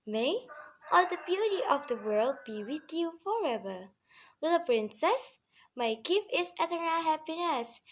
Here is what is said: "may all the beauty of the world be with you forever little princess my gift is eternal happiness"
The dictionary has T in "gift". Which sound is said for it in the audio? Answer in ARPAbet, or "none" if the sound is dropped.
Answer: none